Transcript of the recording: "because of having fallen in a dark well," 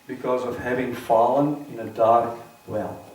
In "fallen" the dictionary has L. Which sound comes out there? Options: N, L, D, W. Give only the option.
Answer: L